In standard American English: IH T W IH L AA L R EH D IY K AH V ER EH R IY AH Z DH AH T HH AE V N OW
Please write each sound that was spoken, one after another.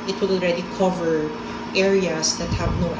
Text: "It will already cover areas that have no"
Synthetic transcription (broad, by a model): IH T W IH L AA L R EH D IY K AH V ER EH R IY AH S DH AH T HH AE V N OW